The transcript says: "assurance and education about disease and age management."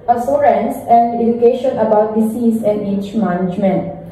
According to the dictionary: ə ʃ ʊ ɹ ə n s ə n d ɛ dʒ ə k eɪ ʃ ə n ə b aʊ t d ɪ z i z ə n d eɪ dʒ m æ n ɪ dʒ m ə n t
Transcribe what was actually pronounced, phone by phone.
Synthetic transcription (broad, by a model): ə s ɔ ɹ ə n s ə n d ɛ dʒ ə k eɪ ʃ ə n ə b aʊ t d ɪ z i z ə n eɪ tʃ m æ n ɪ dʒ m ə n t